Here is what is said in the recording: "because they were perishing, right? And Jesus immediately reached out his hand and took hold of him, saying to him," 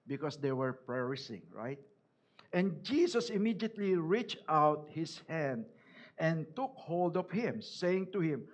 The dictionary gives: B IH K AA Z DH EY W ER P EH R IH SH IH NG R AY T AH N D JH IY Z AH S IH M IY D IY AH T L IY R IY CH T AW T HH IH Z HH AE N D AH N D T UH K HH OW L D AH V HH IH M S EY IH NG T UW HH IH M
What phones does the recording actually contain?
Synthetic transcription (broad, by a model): B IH K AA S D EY W ER P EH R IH S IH NG R AY T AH N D JH IY S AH S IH M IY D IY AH T L IY R IY CH T AW T HH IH S HH AE N D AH N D T UH K HH OW L D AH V HH IH M S EY IH NG T UW HH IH M